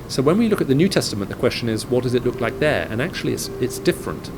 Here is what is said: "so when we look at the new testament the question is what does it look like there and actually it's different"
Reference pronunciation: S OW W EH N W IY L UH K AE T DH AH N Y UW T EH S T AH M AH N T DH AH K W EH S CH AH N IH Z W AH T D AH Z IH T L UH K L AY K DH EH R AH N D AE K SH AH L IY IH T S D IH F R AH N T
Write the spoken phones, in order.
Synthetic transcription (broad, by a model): S OW W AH N W IY L UH K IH T DH AH N Y UW T EH S T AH M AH N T DH AH K W EH S CH AH N IH Z W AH T D AH Z IH T L UH K L AY K DH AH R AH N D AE K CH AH L IY IH T S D IH F R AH N T